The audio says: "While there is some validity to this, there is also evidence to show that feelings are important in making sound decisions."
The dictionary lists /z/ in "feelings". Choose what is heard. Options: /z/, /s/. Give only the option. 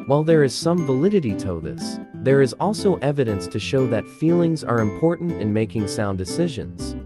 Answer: /z/